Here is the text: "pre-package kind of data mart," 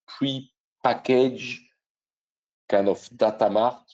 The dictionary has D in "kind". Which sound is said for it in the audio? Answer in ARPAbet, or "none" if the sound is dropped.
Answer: none